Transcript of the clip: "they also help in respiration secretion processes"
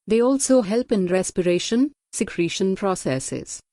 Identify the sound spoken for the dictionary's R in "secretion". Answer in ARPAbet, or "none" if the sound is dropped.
R